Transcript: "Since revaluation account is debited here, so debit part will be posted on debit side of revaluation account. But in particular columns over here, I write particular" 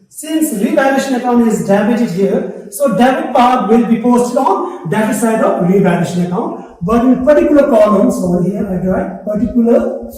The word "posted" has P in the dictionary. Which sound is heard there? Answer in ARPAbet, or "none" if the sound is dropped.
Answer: P